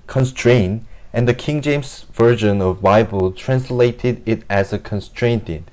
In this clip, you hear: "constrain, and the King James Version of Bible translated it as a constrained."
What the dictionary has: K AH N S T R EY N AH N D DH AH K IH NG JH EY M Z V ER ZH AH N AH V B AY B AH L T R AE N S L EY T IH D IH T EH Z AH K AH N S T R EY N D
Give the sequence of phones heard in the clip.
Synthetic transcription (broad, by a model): K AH N S T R EY N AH N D DH AH K IH NG JH EY M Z V ER ZH AH N AH V B AY B AH L T R AE N S L EY T IH D IH T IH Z AH K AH N S T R EY N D